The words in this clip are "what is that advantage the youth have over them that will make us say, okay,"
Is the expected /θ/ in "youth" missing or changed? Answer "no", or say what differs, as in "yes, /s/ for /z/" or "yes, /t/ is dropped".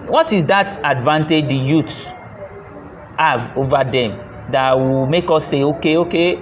yes, /t/ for /θ/